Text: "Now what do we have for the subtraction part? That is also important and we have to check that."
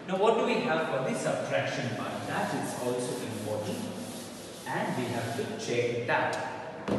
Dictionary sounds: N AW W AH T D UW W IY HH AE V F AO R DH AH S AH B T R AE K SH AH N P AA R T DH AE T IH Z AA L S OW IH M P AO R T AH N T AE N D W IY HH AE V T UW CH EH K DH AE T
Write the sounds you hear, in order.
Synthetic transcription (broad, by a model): N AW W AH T D UW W IY HH AE V F AO R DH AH S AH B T R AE K SH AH N B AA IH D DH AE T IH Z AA L S OW IH M P AO R T AH N T AE N D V IY HH AE V T UW CH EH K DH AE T